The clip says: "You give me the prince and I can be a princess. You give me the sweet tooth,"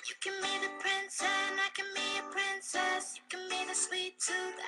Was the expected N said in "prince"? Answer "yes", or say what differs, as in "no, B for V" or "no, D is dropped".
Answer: yes